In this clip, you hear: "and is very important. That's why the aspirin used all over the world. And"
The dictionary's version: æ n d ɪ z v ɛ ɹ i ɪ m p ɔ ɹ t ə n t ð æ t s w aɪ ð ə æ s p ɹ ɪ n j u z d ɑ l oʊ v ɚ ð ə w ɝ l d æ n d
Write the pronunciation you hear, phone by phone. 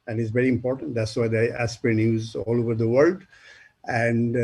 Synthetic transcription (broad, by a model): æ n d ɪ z v ɛ ɹ i ɪ m p ɔ ɹ t ə n t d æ t s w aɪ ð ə æ s p ɹ ɪ n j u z ɑ l oʊ v ɚ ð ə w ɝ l d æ n d